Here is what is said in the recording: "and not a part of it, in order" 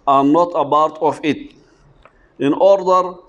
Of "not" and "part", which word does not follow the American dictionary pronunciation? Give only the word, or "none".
part